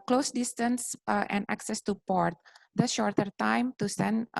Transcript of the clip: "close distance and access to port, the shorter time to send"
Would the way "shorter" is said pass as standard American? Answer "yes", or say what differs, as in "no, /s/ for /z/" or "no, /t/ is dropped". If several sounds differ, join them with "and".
yes